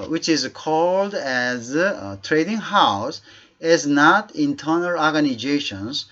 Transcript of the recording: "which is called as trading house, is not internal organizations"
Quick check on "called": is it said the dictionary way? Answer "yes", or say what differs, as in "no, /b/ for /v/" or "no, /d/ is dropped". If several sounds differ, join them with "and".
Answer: yes